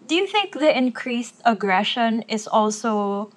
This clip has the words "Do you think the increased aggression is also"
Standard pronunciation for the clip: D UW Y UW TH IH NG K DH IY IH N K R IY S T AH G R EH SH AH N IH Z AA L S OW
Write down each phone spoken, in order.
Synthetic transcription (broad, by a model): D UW Y UW TH IH NG K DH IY IH N K R IY S T AH G R EH SH AH N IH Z AA L S OW